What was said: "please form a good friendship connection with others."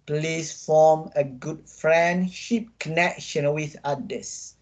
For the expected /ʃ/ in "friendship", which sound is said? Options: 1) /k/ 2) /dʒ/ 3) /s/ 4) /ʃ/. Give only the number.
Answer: 4